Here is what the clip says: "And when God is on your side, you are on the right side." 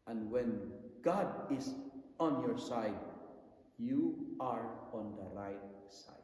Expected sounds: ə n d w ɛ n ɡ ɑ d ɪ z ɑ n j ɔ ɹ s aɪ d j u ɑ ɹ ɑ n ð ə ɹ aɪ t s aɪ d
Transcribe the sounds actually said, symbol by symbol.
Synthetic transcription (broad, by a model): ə n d w ɛ n ɡ ɑ d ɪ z ɑ n j ɔ ɹ s aɪ d j u ɑ ɹ ɑ n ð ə ɹ aɪ t s aɪ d